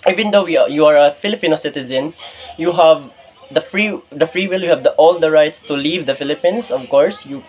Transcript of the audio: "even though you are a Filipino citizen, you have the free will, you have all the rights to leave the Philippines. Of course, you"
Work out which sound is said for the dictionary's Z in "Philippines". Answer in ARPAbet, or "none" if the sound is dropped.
S